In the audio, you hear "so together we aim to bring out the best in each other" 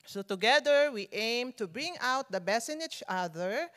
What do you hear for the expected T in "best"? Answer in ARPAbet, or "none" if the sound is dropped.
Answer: none